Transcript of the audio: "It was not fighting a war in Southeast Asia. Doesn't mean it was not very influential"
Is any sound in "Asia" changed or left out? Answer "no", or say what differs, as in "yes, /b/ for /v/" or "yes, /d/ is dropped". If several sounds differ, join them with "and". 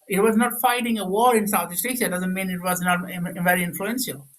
yes, /s/ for /ʒ/